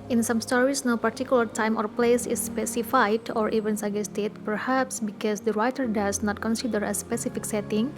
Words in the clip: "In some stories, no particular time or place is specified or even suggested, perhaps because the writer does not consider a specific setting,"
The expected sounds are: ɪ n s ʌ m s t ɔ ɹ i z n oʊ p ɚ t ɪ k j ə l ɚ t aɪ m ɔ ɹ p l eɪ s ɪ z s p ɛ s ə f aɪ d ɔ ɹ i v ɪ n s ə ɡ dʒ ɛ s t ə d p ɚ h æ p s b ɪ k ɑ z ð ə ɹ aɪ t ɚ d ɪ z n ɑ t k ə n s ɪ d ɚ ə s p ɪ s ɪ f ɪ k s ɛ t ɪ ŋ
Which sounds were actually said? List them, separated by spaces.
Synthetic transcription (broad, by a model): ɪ n s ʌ m s t ɔ ɹ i s n oʊ p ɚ t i k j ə l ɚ t aɪ m ɔ ɹ p l eɪ s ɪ s p ɛ s ə f aɪ d ɔ ɹ i v ɪ n s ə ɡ ɛ s t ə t p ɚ h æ p s b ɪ k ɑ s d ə ɹ aɪ t ɚ d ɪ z n ɑ t k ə n s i d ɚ ə s p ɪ s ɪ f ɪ k s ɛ t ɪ ŋ